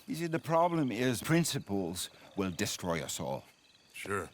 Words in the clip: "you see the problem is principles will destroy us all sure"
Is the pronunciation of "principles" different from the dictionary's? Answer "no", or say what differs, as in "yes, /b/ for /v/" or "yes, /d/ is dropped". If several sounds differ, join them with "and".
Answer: no